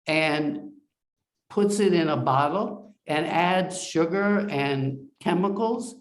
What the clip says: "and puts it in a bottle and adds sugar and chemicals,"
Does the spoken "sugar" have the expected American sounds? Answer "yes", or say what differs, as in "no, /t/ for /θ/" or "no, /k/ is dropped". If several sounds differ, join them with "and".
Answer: yes